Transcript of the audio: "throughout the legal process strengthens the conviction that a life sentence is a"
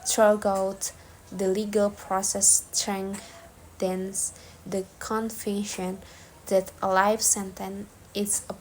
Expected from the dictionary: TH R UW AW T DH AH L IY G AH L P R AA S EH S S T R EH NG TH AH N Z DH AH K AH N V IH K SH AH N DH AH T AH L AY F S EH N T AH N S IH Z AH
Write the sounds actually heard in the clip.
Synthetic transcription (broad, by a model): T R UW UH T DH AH L IY G AH L P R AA S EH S S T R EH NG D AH N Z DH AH K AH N F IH SH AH N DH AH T AH L AY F S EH N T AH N IH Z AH